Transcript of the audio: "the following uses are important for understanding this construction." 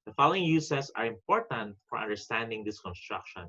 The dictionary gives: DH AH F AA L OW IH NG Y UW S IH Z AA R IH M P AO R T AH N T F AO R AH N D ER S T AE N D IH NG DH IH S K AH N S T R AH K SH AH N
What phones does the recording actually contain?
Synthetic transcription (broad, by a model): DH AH F AA L OW IH NG Y UW S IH S AA R IH M P AO R T AH N T F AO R AH N D ER S T AE N D IH NG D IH S K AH N S T R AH K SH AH N